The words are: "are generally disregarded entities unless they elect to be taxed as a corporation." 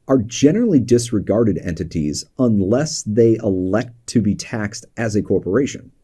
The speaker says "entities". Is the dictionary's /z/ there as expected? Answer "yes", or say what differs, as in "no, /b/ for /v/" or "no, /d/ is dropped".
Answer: yes